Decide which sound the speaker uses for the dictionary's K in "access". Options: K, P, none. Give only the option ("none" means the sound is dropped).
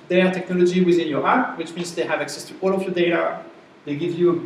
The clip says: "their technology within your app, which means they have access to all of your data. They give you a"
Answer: K